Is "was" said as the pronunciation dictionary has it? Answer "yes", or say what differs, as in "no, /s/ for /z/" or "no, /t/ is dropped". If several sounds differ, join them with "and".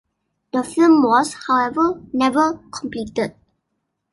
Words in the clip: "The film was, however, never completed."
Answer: no, /s/ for /z/